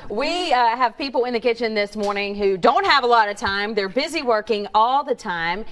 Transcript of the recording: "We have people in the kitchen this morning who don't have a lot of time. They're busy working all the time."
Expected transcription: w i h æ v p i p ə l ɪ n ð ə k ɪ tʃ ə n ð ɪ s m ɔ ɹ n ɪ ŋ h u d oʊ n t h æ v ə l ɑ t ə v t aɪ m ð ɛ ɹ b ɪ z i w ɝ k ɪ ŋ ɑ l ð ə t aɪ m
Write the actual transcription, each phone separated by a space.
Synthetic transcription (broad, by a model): w i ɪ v p i p l ɪ n ð ə k ɪ tʃ ə n ð ɪ s m ɔ ɹ n ɪ ŋ h u d oʊ n t h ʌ v ə l ɑ t ə v t aɪ m ð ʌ ɹ b ɪ z i w ɝ k ɪ ŋ ɑ l ð ə t aɪ m